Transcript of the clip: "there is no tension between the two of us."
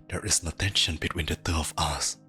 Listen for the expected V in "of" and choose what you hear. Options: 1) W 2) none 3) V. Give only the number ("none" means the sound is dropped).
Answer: 1